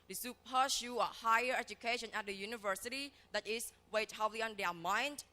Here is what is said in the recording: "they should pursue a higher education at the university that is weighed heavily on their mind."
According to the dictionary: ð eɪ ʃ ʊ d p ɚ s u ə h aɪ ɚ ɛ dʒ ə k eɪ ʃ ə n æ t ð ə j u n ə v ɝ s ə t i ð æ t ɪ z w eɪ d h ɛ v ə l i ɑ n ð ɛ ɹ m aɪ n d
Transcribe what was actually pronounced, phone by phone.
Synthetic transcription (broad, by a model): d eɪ s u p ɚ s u ə h aɪ ɚ ɛ dʒ ə k eɪ ʃ ə n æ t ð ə j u n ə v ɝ s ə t i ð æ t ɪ s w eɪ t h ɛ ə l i ɑ n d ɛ m aɪ n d